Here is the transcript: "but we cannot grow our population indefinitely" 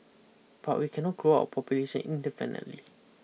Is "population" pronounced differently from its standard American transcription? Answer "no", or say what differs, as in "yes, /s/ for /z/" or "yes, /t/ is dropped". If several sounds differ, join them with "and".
yes, /s/ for /ʃ/